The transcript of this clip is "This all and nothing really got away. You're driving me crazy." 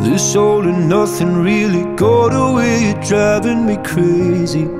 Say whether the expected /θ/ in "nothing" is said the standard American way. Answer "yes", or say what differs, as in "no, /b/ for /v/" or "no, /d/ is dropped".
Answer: yes